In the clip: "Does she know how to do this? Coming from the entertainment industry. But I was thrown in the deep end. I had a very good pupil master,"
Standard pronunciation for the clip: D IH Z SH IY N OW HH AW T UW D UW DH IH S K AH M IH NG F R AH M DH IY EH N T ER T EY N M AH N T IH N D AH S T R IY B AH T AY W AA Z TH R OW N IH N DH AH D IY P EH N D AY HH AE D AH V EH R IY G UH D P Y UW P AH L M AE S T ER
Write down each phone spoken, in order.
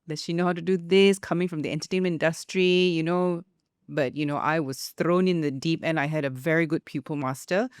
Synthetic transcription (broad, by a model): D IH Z SH IY N OW HH AW T UW D UW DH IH S K AH M IH NG F R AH M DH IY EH N T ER T EY N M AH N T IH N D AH S T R IY B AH T AY W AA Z TH R OW N IH N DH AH D IY P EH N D AY HH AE D AH V EH R IY G UH D P Y UW P AH L M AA S T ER